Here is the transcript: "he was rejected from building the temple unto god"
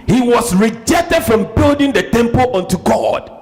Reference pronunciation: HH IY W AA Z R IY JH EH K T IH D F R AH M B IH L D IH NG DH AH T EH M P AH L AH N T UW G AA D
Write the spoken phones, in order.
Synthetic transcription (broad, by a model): HH IY W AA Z R IY JH EH K T IH D F R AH M B IH L D IH NG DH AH T EH M P AH L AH N T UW G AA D